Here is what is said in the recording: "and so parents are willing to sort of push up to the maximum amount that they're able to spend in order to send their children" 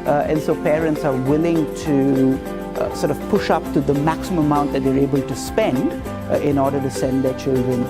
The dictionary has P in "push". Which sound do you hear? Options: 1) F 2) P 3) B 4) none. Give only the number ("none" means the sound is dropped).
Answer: 2